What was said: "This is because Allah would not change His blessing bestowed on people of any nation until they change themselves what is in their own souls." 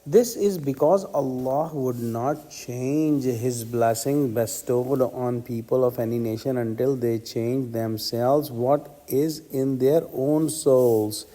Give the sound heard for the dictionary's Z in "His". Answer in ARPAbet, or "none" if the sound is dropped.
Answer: Z